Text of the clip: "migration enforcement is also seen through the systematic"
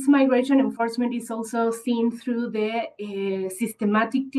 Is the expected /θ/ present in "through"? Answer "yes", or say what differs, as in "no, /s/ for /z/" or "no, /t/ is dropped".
no, /t/ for /θ/